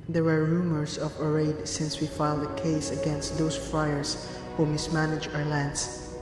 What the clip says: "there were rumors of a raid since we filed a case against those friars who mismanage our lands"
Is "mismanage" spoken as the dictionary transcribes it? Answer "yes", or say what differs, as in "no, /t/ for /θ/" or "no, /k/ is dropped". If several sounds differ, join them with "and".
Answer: yes